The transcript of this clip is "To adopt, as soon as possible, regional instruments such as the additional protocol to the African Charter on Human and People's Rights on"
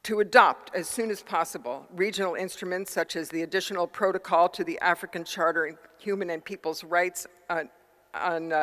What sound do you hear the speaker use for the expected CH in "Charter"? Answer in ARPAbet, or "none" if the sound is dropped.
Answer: CH